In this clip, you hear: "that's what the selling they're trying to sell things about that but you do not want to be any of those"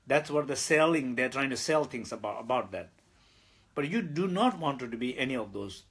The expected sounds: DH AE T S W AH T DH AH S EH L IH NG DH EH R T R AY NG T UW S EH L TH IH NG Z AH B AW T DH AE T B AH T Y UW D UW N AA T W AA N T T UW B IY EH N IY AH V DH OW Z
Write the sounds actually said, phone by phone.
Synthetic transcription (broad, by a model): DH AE T S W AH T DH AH S EH L IH NG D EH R T R AY NG T UW S EH L T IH NG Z AH B AW T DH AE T B AH T Y UW D UW N AA T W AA N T T UW B IY EH N IY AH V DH OW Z